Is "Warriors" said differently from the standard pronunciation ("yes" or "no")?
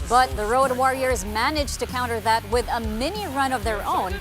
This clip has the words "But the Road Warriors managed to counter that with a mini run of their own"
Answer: no